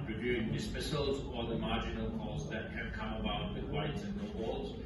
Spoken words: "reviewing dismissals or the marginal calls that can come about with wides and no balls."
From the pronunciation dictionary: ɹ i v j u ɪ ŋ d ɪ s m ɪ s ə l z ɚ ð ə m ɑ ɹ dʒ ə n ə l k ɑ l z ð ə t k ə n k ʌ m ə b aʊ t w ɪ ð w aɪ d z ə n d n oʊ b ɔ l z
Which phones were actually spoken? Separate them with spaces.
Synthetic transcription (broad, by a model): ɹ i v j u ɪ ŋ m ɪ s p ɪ s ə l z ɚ ð ə m ɑ ɹ dʒ ə n ə l k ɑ z ð ə t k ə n k ʌ m ə b aʊ t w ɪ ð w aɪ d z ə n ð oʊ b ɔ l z